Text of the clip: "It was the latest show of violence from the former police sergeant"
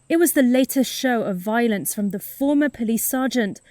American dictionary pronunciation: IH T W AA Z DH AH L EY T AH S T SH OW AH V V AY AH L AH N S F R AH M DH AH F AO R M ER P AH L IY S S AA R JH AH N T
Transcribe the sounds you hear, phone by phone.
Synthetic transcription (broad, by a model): IH T W AA Z DH AH L EY T AH S T SH OW AH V V AY AH L AH N S F R AH M DH AH F AO M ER P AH L IY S S AA JH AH N T